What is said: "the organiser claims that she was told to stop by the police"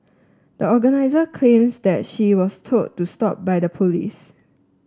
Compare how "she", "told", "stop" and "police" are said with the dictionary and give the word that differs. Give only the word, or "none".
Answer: told